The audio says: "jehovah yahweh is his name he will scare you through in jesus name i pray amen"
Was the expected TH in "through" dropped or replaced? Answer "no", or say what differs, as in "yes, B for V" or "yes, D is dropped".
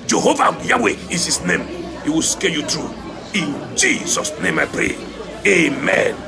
yes, T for TH